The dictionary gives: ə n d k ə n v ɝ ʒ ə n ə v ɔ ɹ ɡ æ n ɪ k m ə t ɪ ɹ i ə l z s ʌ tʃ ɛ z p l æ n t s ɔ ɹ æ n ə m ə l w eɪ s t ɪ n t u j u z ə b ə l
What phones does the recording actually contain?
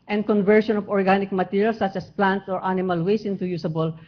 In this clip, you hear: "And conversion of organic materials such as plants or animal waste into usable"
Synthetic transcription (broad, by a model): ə n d k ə n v ɝ ʃ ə n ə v ɔ ɹ ɡ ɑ n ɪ k m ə t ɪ ɹ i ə l s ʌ tʃ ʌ s p l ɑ n t s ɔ ɹ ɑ n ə m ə l w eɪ s ɪ n t u j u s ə b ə l